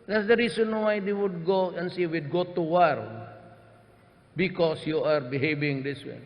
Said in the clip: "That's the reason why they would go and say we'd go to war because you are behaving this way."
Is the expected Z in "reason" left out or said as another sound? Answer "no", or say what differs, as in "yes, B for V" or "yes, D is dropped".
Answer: yes, S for Z